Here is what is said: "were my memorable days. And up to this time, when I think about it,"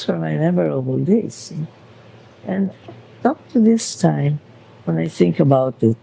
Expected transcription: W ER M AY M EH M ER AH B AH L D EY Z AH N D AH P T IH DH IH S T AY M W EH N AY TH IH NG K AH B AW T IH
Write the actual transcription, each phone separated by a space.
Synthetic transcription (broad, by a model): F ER M AY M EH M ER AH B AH L D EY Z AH N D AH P T IH DH IH S T AY M W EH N AY TH IH NG K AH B AW T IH